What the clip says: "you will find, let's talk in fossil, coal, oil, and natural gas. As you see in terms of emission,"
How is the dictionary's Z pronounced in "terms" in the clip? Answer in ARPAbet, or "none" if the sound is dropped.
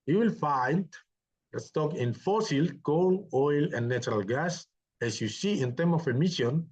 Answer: none